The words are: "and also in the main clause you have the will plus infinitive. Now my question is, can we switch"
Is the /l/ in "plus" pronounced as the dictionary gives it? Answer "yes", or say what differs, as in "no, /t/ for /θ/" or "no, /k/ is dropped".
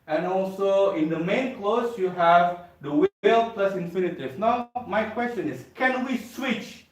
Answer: yes